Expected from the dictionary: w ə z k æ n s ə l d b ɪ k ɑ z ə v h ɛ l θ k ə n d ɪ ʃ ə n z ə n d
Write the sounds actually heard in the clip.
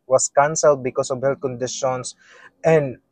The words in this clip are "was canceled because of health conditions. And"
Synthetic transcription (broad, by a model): w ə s k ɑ n s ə l d b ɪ k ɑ s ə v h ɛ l k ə n d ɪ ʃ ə n s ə n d